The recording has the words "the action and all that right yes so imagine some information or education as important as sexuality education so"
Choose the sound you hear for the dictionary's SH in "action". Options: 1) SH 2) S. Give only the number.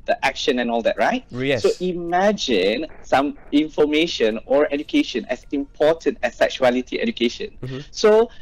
1